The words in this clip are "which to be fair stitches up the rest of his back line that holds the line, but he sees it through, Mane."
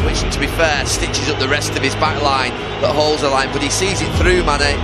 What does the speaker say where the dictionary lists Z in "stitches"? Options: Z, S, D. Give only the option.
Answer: Z